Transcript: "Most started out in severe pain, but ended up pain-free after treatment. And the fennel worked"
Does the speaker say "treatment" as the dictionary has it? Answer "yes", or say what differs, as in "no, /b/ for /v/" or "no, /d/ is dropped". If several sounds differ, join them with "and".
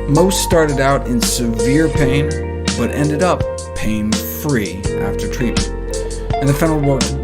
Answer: no, /m/ is dropped